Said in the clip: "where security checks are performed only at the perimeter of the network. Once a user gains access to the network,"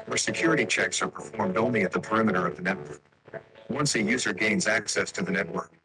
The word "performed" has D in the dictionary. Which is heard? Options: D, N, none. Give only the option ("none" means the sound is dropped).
D